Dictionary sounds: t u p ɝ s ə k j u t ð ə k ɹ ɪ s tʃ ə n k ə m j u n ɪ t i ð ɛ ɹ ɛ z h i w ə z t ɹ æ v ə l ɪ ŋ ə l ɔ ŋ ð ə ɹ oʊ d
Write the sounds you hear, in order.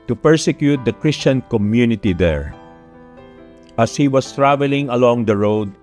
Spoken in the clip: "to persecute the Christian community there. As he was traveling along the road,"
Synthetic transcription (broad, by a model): t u p ɝ s ə k j u t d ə k ɹ ɪ s tʃ ə n k ə m j u n ɪ t i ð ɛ ɹ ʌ s h i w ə s t ɹ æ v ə l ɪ ŋ ə l ɔ ŋ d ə ɹ oʊ d